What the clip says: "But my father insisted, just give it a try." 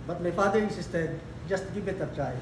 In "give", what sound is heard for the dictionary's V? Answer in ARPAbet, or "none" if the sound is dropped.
B